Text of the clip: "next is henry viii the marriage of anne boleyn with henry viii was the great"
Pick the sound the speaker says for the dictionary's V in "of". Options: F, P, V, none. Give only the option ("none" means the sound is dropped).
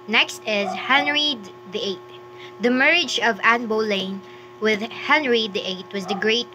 V